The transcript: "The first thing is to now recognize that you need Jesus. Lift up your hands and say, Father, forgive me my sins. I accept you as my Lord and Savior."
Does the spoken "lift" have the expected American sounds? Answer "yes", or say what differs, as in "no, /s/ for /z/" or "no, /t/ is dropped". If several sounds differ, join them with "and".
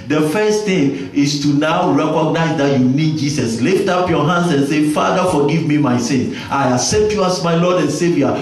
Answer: yes